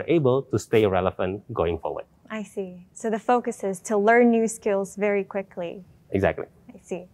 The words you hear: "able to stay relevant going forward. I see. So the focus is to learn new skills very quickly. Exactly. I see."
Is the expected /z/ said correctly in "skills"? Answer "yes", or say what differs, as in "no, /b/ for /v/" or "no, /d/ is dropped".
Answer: yes